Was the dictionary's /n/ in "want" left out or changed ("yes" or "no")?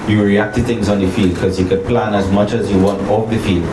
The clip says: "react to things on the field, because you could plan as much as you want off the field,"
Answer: no